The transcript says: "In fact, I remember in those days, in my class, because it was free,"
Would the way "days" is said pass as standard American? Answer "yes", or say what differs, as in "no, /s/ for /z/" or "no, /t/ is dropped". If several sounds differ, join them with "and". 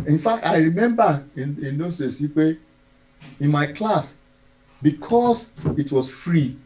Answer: no, /z/ is dropped